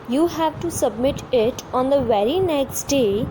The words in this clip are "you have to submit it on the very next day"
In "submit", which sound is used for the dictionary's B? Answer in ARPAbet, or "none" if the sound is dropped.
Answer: B